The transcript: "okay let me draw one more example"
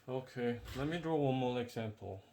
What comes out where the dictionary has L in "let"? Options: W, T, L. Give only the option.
L